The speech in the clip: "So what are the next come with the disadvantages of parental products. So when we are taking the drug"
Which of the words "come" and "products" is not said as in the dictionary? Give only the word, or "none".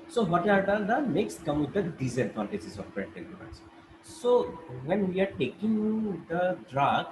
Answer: products